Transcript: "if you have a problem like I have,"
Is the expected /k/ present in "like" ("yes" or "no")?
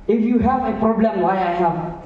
no